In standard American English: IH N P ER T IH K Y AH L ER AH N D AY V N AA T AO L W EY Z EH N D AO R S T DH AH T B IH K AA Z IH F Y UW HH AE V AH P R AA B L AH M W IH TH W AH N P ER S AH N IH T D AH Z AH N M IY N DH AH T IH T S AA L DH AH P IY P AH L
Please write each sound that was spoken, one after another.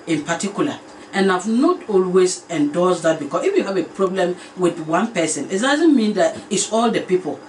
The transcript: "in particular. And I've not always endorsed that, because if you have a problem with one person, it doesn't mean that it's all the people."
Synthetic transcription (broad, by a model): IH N P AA T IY K Y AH L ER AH N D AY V N AA T AO L W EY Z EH N D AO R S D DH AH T B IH K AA S IH F Y UW HH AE V AH P R AA B L AH M W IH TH W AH N P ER S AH N IH T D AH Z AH N M IY N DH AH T IH T S AA L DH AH P IY P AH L